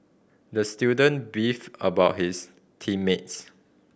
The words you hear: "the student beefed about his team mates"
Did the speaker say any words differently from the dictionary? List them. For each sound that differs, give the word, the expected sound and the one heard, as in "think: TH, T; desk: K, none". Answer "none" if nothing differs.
beefed: T, none; his: Z, S